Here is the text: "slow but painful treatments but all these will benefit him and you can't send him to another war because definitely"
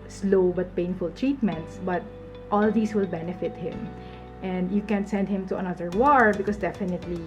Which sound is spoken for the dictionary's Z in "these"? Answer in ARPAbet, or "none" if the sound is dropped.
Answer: S